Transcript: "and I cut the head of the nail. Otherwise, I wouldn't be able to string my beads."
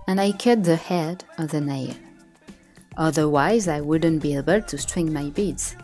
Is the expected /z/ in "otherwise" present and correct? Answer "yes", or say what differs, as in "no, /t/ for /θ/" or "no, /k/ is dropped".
yes